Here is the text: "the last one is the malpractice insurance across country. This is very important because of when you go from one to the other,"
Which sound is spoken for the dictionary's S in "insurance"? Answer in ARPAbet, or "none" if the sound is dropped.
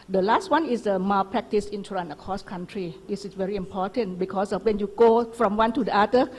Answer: none